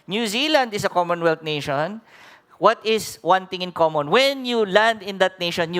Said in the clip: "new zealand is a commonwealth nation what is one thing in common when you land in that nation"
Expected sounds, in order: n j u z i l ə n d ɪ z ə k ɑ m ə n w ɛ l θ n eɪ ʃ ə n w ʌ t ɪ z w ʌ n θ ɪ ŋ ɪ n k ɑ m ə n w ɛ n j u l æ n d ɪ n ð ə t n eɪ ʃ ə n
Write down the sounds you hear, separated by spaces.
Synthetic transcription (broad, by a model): n j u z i l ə n d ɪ s ə k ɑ m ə n w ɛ l t n eɪ ʃ ə n w ʌ t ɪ s w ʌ n t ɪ ŋ ɪ n k ɑ m ə n w ɛ n j u l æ n d ɪ n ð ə t n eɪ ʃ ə n